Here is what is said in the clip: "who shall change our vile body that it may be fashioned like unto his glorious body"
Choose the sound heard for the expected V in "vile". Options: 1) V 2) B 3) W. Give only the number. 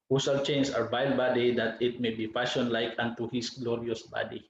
2